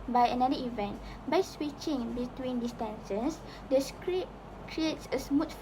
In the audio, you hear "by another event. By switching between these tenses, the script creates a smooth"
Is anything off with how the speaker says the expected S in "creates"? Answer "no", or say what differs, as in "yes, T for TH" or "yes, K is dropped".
no